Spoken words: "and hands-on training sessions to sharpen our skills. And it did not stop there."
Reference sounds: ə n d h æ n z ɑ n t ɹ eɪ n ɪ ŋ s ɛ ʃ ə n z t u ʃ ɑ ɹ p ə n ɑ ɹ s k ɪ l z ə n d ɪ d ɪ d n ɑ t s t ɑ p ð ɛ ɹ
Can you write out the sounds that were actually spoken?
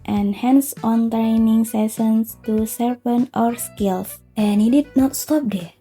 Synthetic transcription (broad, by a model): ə n h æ n s ɑ n t ɹ eɪ n ɪ ŋ s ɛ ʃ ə n s t u s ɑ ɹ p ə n ɑ ɹ s k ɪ l s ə n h ɪ d ɪ d n ɑ t s t ɑ p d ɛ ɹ